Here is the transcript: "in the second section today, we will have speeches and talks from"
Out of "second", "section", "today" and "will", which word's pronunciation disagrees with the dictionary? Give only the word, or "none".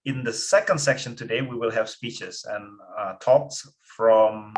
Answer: none